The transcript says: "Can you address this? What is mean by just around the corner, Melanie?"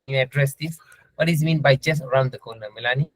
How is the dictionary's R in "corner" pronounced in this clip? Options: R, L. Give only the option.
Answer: L